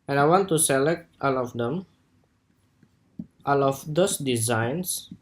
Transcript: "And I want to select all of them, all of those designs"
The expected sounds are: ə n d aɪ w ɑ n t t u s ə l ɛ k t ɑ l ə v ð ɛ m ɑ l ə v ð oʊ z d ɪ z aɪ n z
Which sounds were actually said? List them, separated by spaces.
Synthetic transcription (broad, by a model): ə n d aɪ w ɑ n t t u s ə l ɛ k t ɑ l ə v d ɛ m ɑ l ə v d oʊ s d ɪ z aɪ n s